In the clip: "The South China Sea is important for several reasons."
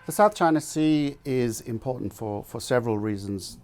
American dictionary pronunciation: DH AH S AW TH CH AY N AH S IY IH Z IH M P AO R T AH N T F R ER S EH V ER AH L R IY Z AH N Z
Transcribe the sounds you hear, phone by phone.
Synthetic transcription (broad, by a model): DH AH S AW TH CH AY N AH S IY IH Z IH M P AO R T N T F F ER S EH V ER AH L R IY Z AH N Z